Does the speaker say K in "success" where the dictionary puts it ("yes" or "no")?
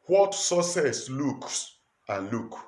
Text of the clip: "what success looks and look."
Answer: no